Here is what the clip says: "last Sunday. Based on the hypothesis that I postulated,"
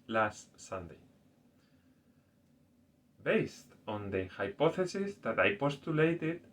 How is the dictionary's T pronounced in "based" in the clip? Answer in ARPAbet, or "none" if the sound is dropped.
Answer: T